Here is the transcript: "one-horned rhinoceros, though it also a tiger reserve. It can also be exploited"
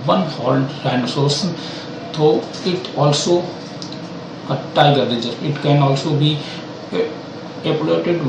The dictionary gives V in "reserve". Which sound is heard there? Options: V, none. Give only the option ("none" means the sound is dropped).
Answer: none